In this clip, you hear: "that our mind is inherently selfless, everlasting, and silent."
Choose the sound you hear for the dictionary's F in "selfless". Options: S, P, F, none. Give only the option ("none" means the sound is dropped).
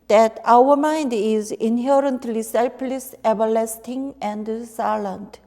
P